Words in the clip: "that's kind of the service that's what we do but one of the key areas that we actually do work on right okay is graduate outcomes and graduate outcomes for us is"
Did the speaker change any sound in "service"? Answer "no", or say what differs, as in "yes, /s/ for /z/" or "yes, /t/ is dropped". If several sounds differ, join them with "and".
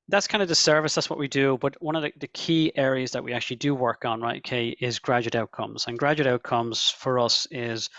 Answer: no